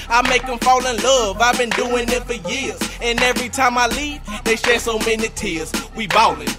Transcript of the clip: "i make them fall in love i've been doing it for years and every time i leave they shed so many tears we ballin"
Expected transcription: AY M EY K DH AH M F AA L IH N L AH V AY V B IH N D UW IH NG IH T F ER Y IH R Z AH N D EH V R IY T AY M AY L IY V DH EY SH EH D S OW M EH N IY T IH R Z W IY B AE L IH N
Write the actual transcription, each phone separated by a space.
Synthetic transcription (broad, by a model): AY M EY K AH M F AA L IH N L AH V AY V B IH N D UW IH NG IH T F ER Y IH R Z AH N EH V R IY T AY M AY L IY V DH EY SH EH S OW M EH N IY T IH R Z W IY B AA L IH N